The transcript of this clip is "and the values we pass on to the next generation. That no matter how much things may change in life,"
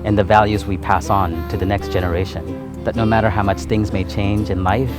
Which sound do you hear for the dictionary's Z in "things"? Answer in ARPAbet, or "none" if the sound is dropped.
Z